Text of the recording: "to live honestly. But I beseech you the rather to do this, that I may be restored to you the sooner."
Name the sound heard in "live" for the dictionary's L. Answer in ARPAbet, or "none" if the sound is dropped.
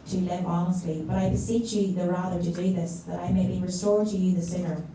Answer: L